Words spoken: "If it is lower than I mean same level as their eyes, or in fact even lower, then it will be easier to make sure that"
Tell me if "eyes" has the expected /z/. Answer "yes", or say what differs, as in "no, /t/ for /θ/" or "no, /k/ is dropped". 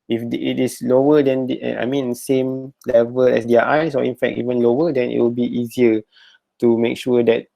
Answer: no, /s/ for /z/